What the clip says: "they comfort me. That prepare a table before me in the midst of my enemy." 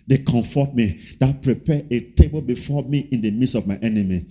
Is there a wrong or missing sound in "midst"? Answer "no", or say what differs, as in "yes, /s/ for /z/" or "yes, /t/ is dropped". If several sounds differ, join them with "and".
yes, /t/ is dropped